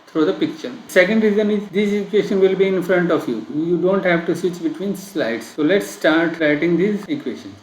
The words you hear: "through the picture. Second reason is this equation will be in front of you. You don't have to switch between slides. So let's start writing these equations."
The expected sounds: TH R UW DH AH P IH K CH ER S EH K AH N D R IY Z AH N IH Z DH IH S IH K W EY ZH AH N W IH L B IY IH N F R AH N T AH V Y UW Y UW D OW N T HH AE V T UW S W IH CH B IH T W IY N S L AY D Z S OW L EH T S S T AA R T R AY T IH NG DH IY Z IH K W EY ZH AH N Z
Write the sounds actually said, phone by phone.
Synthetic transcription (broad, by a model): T R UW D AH P IH K CH ER S EH K AH N D R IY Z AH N IH Z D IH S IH K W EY SH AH N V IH L B IY IH N F R AH N T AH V Y UW Y UW D OW N T HH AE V T UW S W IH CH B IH T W IY N S L AY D S OW L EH T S S T AA R T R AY T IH NG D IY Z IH K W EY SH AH N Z